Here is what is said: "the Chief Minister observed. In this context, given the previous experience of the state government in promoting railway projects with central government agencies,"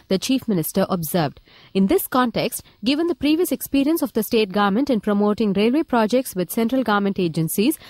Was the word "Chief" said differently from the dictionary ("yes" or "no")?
no